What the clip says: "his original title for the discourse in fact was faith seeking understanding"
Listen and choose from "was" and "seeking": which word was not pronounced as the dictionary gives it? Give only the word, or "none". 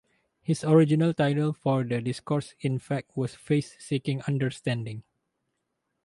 was